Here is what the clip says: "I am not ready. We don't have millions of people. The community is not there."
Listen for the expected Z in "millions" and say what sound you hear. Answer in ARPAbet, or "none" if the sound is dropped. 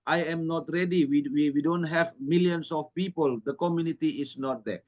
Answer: S